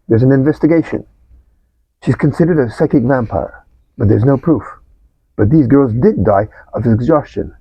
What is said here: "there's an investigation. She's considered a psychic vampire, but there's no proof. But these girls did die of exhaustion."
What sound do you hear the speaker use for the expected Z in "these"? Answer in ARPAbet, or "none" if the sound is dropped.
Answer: Z